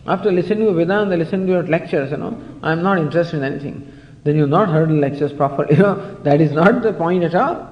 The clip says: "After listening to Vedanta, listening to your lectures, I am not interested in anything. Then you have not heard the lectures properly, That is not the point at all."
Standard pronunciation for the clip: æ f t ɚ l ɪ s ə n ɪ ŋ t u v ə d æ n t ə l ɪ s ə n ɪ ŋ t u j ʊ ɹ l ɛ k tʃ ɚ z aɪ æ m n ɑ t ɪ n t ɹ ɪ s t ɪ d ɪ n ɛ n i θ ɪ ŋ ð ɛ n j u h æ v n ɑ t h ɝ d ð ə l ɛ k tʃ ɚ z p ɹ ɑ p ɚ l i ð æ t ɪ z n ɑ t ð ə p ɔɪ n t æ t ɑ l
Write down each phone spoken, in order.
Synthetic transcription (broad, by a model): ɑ f t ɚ l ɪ s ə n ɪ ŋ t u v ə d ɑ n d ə l ɪ s ə n ɪ ŋ t u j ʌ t l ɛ k tʃ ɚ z aɪ m n ɑ t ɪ n t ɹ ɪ s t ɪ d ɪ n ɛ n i t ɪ ŋ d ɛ n j u n ɑ t h ɝ d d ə l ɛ k tʃ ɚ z p ɹ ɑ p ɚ n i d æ t ɪ z n ɑ t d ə p ɔɪ n t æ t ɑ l